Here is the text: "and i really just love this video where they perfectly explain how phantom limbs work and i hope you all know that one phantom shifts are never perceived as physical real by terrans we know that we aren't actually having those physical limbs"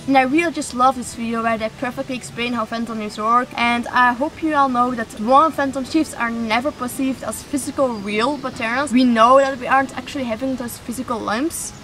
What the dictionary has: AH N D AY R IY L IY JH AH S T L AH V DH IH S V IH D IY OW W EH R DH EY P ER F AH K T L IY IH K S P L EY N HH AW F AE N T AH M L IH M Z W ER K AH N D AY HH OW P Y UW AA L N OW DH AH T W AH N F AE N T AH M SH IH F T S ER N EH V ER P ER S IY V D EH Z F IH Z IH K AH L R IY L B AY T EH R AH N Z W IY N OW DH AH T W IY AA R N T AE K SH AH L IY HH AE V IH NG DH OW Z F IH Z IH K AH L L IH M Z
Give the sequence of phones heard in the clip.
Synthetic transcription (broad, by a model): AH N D AY R IY L IY JH AH S T L AH V DH IH S F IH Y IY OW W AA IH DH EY P ER F AH K T L IY IH K S P L EY N HH AW F AE N T AH M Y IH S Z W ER K AH N D AY HH OW P Y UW AA L N OW DH AH T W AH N F AE N T AH M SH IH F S ER N EH V ER P ER S IY V D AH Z F IH Z IH K AH L R IY L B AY T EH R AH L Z W IY N OW DH AH T W IY AA R N T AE K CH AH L IY HH AE V IH NG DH OW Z F IH Z IH K AH L L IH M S